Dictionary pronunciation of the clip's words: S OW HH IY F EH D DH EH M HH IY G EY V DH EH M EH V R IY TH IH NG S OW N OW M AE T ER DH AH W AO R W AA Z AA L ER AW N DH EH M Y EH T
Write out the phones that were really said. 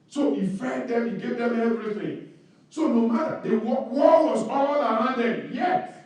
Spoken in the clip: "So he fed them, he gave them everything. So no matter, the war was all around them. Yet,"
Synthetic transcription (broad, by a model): S OW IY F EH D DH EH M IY G EY V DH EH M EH V R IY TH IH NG S OW N OW M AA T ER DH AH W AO W W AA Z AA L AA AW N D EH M Y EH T